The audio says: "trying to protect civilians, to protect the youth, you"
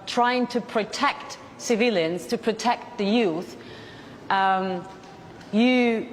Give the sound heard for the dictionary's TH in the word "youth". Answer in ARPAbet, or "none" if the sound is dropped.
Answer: TH